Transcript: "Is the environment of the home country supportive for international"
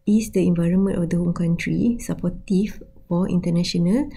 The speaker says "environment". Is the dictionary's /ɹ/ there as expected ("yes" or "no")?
yes